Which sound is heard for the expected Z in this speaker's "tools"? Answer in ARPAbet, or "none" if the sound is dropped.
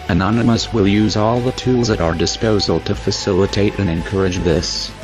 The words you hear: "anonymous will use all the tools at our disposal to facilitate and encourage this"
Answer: Z